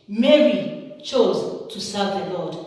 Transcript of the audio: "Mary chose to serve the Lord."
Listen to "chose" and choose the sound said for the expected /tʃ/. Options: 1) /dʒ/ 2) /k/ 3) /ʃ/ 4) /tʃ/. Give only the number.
4